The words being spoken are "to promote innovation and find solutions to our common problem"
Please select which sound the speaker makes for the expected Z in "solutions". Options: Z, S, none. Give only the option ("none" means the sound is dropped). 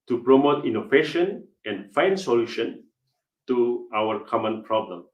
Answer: none